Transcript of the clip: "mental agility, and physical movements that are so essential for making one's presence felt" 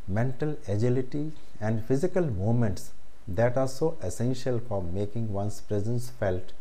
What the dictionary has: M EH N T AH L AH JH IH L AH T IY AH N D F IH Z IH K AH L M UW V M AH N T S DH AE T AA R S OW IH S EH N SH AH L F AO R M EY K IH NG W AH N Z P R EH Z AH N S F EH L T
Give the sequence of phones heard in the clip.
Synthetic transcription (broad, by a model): M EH N T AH L AH JH IH L AH T IY AH N D F IH Z IH K AH L M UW M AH N T S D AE T AA R S OW IH S EH N SH AH L F AO R M EY K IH NG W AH N S P R EH Z AH N S F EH L T